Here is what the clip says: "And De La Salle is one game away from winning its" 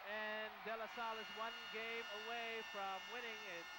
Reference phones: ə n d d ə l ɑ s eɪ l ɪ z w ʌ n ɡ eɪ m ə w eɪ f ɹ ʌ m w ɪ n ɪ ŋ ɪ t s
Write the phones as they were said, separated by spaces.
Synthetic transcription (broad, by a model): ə n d d ə l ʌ s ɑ l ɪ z w ʌ n ɡ eɪ m ə w eɪ f ɹ ʌ m w ɪ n ɪ ŋ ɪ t